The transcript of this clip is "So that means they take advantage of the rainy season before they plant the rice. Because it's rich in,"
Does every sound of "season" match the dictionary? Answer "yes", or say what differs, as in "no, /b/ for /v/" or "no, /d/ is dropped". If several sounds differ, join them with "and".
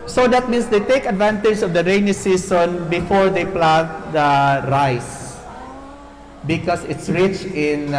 no, /s/ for /z/